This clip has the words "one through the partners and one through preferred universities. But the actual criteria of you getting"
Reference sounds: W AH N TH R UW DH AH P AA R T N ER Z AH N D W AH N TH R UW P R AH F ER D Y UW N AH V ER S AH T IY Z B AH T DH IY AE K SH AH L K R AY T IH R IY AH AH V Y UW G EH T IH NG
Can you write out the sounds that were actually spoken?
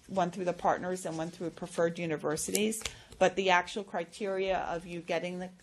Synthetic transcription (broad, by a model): W AH N TH R UW DH AH P AA R T N ER Z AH N W AH N TH R UW P R AH F ER D Y UW N AH V ER S AH T IY Z B AH T DH IY AE K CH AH L K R AY T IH R IY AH AH V Y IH G EH T IH NG